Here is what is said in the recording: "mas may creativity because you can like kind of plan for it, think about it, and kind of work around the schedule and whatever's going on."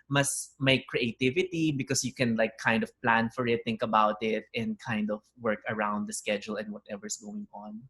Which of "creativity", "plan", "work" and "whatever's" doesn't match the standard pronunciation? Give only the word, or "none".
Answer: whatever's